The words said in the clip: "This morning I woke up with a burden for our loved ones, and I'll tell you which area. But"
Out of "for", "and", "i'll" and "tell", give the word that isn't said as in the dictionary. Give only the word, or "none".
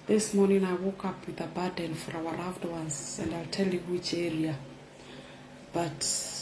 none